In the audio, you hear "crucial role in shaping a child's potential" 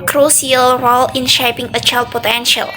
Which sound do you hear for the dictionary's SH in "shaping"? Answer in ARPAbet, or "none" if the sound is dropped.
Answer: SH